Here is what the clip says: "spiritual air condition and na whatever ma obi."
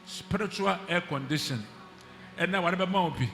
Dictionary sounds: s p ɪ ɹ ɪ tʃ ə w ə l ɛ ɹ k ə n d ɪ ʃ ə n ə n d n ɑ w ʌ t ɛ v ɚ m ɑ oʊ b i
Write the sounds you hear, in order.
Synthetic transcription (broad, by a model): s p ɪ ɹ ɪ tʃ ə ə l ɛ k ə n d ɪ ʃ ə n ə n n ɑ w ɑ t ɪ b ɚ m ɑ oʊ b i